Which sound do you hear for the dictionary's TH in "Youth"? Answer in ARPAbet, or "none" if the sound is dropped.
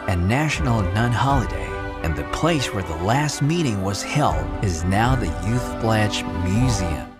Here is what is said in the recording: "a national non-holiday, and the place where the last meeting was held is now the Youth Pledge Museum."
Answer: TH